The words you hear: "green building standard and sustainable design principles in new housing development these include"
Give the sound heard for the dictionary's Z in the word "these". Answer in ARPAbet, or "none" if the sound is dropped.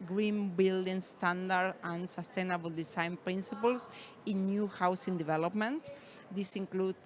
S